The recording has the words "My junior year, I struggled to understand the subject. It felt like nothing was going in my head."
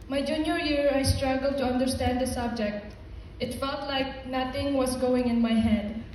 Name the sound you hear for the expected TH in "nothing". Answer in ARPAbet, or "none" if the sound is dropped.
T